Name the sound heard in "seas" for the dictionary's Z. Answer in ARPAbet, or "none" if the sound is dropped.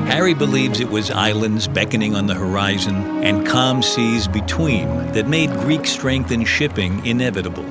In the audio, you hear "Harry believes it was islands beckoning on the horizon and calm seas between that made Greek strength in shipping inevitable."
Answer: Z